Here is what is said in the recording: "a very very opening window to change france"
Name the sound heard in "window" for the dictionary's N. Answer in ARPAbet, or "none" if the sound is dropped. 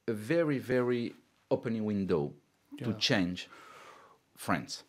N